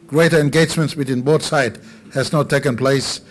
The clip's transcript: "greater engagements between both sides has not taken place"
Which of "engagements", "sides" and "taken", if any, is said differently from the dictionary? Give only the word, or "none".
sides